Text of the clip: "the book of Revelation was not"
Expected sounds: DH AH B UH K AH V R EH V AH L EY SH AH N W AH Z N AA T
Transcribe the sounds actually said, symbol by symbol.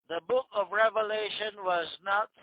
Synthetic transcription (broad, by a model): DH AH B UH K AH V R EH V AH L EY SH AH N W AH Z N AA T